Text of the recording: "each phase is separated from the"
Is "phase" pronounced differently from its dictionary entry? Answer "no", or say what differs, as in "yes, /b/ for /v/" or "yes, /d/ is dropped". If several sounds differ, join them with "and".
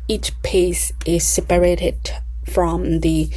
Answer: yes, /p/ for /f/ and /s/ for /z/